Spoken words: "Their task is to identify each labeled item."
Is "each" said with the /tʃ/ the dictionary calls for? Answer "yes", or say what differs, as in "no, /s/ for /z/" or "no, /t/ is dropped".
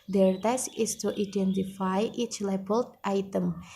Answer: yes